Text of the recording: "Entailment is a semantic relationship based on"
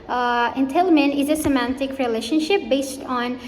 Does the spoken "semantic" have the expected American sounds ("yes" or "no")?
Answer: yes